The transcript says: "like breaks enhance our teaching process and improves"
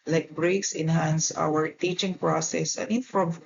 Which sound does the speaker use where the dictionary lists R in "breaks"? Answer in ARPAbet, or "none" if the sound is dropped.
R